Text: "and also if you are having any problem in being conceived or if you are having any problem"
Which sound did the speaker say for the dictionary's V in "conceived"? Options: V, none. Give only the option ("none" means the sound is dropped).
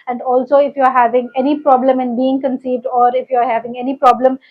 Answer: V